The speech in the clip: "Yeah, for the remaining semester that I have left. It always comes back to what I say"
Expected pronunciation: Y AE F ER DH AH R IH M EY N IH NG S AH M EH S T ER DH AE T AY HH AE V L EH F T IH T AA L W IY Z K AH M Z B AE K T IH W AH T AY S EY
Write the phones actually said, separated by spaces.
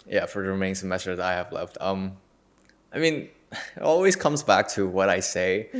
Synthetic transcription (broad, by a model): Y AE F ER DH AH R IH M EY IH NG S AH M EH S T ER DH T AY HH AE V L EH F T IH T AA L W IY Z K AH M Z B AE K T IH W AH T AY S EY